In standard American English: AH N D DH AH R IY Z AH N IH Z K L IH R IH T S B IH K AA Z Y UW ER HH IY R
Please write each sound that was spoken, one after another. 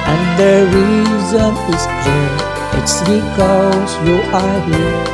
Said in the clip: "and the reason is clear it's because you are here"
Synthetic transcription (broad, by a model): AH N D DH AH R IY Z AH N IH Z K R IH IH T S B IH K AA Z Y UW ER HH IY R